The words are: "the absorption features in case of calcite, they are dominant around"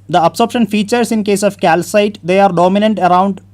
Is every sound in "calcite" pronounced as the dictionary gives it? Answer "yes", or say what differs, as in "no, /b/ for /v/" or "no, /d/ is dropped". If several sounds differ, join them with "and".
yes